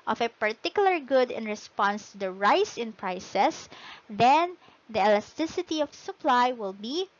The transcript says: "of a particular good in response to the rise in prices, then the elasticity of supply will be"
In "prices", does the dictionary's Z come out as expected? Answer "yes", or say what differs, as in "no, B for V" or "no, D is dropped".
no, S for Z